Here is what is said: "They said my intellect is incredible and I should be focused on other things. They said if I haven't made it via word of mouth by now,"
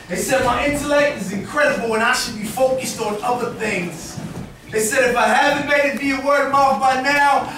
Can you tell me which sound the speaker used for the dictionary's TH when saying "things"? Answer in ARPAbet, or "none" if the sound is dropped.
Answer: TH